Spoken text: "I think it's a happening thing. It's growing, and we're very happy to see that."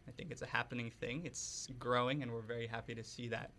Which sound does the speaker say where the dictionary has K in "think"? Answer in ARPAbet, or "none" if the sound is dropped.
K